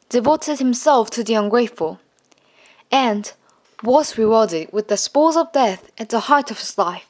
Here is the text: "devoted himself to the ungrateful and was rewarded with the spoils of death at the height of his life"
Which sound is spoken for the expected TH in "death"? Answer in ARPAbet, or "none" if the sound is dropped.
TH